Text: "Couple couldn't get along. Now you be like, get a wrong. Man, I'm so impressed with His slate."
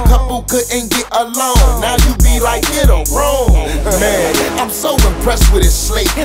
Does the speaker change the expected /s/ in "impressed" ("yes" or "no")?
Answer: no